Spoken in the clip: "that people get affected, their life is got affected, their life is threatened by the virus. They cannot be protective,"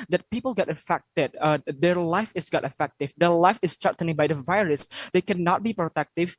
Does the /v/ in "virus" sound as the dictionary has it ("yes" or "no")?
yes